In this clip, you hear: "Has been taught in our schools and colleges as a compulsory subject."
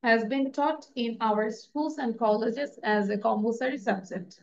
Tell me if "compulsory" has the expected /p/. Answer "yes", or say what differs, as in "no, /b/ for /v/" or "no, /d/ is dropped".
no, /b/ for /p/